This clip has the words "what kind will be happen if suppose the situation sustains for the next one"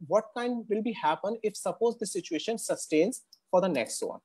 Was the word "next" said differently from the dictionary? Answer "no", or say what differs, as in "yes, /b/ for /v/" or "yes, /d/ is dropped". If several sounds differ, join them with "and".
no